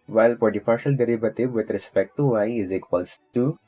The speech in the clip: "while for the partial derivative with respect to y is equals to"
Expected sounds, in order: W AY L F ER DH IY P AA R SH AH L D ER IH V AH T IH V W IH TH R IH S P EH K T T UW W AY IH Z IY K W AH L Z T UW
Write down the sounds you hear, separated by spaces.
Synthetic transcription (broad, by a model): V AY L P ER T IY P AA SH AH L D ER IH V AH T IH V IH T R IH S P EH K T T UW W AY IH Z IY K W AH L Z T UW